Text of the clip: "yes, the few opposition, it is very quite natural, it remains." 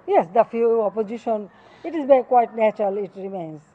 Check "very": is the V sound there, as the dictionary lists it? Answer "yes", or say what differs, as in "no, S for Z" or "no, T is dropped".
no, B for V